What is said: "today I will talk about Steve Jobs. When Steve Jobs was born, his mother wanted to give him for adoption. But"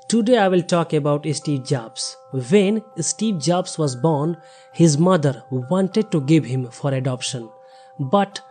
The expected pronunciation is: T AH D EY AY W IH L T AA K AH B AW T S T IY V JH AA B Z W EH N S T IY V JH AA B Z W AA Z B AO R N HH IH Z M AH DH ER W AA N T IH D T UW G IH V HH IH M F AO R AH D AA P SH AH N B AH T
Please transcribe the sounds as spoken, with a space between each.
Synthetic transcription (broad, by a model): T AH D EY AY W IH L T AA K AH B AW T S T IY V JH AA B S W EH N S T IY V JH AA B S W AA Z B AO R N HH IH Z M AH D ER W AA N T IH D T UW G IH V HH IH M F AO R AH D AA P SH AH N B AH T